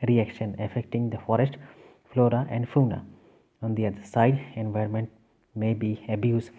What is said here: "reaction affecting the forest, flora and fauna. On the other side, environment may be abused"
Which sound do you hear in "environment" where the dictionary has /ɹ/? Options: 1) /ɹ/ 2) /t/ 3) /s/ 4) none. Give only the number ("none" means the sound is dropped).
1